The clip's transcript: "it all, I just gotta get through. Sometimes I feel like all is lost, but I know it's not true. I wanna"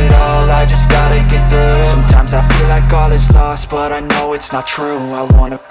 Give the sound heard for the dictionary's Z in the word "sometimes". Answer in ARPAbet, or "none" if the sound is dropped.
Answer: Z